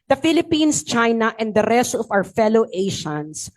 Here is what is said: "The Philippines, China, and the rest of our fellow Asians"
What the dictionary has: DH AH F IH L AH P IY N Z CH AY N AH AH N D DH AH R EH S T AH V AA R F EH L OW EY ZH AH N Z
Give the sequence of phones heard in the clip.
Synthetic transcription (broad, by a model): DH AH F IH L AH P IY N S CH AY N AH AH N D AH R EH S T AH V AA W F EH L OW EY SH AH N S